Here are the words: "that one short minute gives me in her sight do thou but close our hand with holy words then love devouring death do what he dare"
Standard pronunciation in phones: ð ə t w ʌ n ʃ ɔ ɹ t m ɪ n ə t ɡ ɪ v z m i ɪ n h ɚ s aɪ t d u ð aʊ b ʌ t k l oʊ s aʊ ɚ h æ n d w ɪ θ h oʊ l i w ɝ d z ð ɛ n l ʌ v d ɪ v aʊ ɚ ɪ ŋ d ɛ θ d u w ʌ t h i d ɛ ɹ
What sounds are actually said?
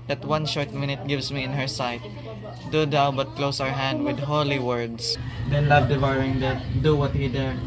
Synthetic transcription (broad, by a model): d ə t w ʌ n ʃ ɔ ɹ t m ɪ n ə t ɡ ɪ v s m i ɪ n h ɚ s aɪ t d u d aʊ b ʌ t k l oʊ s aʊ ɚ h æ n d w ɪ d h oʊ l i w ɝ d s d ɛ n l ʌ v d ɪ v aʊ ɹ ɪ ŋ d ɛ d u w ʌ t h i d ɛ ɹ